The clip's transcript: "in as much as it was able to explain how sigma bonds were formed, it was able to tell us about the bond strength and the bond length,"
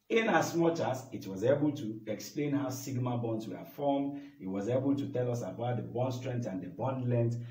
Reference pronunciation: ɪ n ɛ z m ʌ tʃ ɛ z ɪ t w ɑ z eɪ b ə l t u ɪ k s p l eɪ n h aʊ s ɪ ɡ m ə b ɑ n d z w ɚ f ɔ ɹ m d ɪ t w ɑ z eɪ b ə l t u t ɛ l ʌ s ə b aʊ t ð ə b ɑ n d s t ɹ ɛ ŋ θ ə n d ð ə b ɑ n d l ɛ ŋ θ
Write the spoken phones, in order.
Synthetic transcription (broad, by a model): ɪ n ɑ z m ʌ tʃ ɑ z ɪ t w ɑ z eɪ b ə l t u ɪ k s p l eɪ n h aʊ s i ɡ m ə b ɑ n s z w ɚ f ɔ m ɪ t w ɑ z eɪ b ə l t u t ɛ l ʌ s ə b aʊ t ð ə b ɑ n s t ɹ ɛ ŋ t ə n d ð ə b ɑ n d l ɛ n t